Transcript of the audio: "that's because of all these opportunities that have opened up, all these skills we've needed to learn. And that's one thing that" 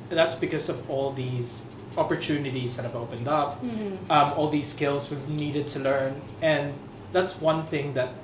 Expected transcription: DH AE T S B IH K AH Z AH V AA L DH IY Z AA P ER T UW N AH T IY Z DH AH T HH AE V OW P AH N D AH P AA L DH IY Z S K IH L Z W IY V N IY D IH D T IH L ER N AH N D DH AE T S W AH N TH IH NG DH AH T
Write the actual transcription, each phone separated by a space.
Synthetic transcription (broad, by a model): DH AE T S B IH K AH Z AH V AA L DH IY Z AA P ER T UW N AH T IY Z DH AH T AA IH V OW P AH N D AH P AA L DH IY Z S K IH L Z W IY V N IY D IH D T IH L ER N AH N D DH AE T S W AH N TH IH NG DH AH T